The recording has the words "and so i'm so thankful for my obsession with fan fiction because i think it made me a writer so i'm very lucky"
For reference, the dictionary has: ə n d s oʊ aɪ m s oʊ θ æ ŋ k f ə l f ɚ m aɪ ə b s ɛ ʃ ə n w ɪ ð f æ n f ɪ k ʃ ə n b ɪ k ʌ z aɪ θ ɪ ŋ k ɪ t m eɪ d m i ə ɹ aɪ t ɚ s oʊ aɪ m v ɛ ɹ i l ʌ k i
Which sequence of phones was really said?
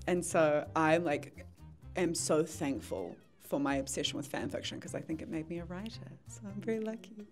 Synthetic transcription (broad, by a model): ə n s oʊ aɪ m s oʊ θ æ ŋ k f ə l f ɚ m aɪ ə b s ɛ ʃ ə n w ɪ ð f æ n f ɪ k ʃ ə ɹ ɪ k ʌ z aɪ θ ɪ ŋ k ɪ t m eɪ d m i ə ɹ aɪ t ɚ s oʊ aɪ m v ɛ ɹ i l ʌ k i